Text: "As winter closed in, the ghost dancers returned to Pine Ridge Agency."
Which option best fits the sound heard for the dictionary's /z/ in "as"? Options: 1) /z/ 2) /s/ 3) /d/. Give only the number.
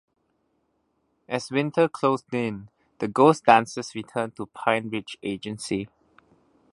2